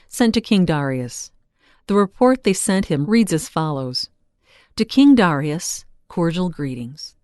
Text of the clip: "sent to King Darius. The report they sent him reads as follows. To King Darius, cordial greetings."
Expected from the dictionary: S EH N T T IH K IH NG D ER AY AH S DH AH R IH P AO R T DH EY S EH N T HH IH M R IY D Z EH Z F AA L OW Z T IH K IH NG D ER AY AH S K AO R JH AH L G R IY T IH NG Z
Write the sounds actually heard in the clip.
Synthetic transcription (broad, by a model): S EH N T T IH K IH NG D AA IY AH S DH AH R IH P AO R T DH EY S EH N T HH IH M R IY D Z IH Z F AA L OW Z T IH K IH NG D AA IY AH S K AO R JH L G R IY T IH NG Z